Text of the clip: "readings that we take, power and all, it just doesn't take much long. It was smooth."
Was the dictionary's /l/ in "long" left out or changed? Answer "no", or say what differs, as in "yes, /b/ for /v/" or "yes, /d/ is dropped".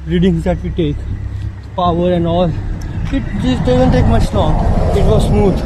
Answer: yes, /n/ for /l/